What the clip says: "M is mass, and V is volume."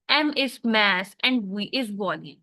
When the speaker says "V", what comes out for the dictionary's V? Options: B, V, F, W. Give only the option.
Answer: W